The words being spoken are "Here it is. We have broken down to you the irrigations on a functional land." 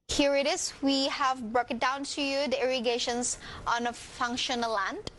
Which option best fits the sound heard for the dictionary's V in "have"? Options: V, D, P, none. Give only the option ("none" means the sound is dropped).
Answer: V